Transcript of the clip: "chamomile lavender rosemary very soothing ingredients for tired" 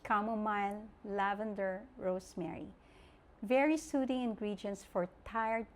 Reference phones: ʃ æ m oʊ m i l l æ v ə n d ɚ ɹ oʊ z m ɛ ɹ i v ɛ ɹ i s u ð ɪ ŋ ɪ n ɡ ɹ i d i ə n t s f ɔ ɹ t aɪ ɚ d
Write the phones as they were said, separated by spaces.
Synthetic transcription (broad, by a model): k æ m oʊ m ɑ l l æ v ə n d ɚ ɹ oʊ s m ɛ ɹ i v ɛ ɹ i s u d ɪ ŋ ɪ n ɡ ɹ i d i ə n t s f ɔ ɹ t aɪ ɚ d